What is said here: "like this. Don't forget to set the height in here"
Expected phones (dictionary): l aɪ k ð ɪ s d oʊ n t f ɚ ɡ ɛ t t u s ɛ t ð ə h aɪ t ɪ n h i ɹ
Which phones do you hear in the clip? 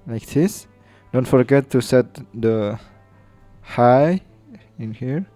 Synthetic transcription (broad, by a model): l aɪ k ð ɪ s d oʊ n t f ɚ ɡ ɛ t t u s ɛ t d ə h aɪ ɪ n h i ɹ